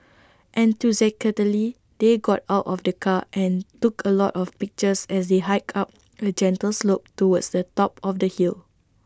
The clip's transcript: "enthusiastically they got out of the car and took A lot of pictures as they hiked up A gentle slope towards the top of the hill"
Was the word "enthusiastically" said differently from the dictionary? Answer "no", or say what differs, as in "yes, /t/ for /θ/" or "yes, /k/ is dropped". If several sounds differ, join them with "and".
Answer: yes, /t/ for /θ/ and /s/ is dropped and /k/ is dropped